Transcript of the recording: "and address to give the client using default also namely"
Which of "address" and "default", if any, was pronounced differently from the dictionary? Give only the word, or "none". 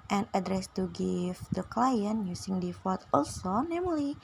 default